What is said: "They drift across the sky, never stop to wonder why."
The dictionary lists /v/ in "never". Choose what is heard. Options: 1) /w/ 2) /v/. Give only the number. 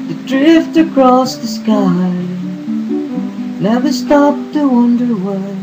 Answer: 1